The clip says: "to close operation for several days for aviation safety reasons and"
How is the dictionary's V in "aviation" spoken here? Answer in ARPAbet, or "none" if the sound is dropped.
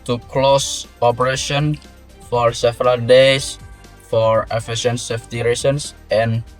F